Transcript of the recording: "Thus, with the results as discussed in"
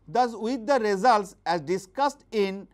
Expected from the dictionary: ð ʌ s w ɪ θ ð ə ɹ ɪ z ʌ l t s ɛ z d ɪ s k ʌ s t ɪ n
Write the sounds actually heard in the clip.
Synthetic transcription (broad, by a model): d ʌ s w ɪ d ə ɹ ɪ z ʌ l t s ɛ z d ɪ s k ʌ s t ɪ n